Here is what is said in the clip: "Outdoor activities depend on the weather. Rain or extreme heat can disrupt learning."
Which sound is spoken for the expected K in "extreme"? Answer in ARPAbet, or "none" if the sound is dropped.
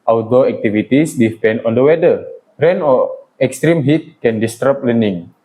K